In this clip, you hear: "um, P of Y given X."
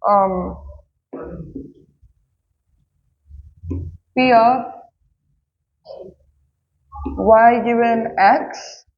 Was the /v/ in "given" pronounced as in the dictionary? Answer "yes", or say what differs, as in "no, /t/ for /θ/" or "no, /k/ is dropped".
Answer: no, /v/ is dropped